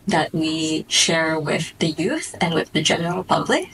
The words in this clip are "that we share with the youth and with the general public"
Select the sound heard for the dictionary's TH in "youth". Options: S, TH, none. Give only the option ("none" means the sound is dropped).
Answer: TH